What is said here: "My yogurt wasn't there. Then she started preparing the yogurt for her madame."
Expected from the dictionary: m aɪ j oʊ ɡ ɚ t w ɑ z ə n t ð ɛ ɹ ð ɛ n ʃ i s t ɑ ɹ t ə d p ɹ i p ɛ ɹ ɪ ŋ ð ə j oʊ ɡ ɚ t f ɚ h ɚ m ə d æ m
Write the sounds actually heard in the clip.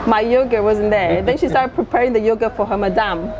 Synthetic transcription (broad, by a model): m aɪ j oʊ ɡ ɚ w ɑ z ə n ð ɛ ɹ ð ɛ n ʃ i s t ɑ ɹ t ə d p ɹ i p ɛ ɹ ɪ ŋ ð ə j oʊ ɡ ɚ f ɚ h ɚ m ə d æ m